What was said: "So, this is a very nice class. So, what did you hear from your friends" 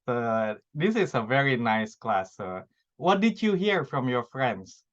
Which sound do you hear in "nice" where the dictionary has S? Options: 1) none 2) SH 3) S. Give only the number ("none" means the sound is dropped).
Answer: 3